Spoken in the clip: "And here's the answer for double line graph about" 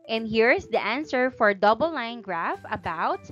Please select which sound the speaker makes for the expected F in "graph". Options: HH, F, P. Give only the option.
F